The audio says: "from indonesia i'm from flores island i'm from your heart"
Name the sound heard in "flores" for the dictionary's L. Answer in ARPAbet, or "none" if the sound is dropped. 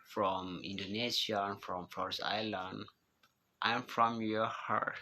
none